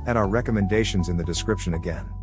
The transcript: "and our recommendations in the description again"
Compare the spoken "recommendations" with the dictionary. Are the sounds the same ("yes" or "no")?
yes